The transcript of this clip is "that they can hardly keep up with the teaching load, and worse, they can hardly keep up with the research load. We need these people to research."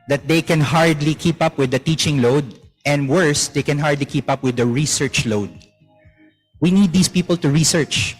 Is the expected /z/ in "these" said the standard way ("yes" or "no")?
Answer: no